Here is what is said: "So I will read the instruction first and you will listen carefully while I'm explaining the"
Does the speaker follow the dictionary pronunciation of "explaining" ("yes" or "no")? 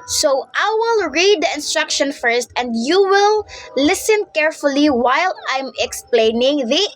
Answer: yes